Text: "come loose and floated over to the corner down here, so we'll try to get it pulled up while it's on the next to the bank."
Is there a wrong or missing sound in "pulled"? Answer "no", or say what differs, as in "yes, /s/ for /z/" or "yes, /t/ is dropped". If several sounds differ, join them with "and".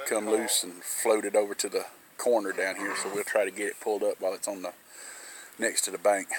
no